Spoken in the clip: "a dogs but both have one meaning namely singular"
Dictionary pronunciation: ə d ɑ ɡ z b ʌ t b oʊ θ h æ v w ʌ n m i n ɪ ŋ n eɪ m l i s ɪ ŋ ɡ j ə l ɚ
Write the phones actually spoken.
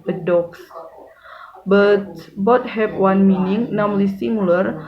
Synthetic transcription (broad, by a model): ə d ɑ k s b ʌ t b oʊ t h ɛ p w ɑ n m i n ɪ ŋ n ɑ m l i s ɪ ŋ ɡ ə l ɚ